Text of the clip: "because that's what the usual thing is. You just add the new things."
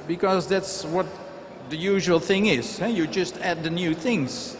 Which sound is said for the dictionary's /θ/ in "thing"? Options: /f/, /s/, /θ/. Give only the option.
/θ/